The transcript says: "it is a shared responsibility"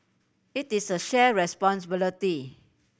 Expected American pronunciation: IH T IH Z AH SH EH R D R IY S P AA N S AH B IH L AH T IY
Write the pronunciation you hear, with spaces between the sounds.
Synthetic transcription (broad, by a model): IH T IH S AH SH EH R R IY S P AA N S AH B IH L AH T IY